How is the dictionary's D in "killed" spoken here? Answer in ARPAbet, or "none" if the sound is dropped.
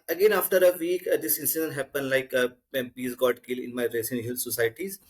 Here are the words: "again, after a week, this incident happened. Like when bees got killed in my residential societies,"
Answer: none